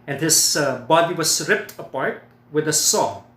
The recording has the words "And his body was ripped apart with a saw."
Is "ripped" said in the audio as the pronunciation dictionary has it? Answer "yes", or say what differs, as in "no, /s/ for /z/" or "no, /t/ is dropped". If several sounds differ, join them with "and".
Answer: yes